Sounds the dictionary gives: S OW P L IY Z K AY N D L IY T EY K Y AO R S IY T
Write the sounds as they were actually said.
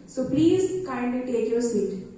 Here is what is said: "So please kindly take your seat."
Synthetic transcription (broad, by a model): S OW P L IY Z K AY N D IY T EY K Y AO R S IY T